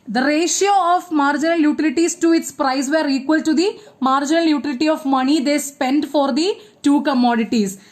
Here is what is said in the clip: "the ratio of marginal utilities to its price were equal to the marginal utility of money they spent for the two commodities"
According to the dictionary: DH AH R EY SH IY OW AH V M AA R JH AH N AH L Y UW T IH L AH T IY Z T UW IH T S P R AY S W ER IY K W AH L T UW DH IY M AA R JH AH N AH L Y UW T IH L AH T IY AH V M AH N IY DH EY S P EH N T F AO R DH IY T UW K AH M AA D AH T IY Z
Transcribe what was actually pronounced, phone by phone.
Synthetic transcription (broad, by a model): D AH R EY SH IY OW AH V M AA R JH AH N AH L Y UW T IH L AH T IY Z T UW IH T S P R AY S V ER IY K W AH L T UW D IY M AA R JH AH N AH L Y UW T IH L AH T IY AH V M AH N IY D EY S P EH N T F AO R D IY T UW K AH M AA D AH T IY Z